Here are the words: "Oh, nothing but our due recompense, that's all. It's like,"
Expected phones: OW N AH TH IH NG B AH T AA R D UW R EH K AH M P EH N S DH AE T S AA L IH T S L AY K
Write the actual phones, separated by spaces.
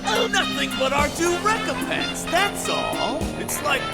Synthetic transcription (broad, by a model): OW N AH TH IH NG B AH T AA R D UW R EH K AH M P EH N S DH AE T S AA L IH T S L AY K